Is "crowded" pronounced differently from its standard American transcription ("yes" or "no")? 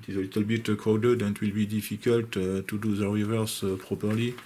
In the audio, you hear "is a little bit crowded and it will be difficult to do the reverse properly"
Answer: yes